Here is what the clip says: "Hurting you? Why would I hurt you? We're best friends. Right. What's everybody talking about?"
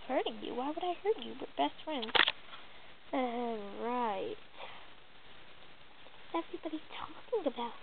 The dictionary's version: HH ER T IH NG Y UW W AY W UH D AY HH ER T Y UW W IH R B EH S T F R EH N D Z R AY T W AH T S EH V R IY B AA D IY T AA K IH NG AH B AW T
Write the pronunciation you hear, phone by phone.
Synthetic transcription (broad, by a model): HH ER T IH NG Y UW W AY W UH D AY HH ER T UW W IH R B EH S T F R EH N D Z R AY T T EH V R IY B AA D IY T AA K IH NG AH B AW T